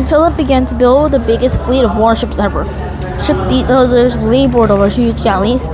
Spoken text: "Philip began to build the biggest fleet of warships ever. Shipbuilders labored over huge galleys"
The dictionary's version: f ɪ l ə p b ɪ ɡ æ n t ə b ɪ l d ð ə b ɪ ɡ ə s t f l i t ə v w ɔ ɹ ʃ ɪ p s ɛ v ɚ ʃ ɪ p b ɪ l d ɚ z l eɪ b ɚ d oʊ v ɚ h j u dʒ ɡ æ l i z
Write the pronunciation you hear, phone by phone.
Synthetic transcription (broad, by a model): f ɪ l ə p b ɪ ɡ æ n t ə b ɪ l d ð ə b ɪ ɡ ə s t f l i t ə v w ɔ ɹ ʃ ɪ p s ɛ v ɚ ʃ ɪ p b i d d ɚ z l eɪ b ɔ d oʊ v ɚ h j u dʒ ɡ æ l i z